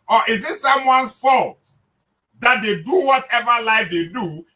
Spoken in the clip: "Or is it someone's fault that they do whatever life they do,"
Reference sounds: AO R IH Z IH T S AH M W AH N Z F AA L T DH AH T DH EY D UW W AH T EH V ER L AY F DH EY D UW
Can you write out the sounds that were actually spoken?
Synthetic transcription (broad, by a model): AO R IH Z IH T S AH M W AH N F AA L T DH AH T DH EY D UW W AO T EH V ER L AY F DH EY D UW